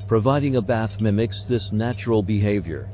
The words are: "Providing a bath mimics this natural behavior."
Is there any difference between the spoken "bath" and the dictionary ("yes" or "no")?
no